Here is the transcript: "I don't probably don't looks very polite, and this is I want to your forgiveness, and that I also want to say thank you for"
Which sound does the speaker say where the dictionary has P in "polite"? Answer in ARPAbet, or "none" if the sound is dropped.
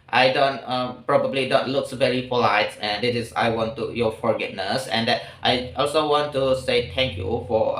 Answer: F